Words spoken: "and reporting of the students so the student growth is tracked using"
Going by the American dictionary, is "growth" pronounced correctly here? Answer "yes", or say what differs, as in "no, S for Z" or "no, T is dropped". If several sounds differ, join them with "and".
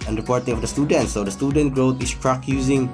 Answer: no, T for TH